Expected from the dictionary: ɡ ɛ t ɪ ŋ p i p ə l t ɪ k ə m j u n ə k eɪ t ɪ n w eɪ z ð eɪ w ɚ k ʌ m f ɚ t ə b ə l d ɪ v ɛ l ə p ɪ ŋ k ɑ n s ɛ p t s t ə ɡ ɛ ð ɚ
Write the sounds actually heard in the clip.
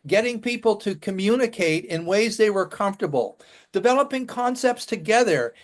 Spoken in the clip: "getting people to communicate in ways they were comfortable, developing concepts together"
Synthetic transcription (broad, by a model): ɡ ɛ t ɪ ŋ p i p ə l t ɪ k ə m j u n ə k eɪ t ɪ n w eɪ z ð eɪ w ɚ k ʌ m f t ə b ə l d ɪ v ɛ l ə p ɪ ŋ k ɑ n s ɛ p t s t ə ɡ ɛ ð ɚ